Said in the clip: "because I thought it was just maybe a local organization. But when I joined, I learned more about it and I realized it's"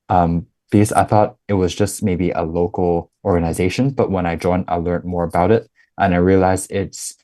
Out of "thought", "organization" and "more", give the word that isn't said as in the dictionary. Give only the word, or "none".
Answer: none